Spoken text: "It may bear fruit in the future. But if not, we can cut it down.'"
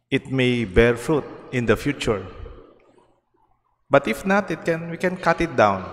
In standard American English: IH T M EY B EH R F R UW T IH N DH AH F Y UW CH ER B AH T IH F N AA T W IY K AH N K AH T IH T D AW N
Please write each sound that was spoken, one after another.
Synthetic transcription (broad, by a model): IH T M EY B EH R F R UW T IH N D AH F Y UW CH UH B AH T IH F N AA T W IY K AH N K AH T IH T D AW N